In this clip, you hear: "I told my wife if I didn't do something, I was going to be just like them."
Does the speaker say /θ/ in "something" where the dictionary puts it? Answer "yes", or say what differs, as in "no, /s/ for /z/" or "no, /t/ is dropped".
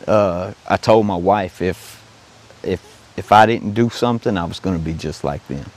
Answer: yes